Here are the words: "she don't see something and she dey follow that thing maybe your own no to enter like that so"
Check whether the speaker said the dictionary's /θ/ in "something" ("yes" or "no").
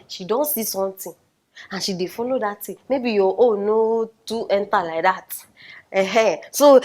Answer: no